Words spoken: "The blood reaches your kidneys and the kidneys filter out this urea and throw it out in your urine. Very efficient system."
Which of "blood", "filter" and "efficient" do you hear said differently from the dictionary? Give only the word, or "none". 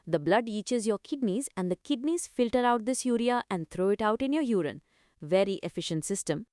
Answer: none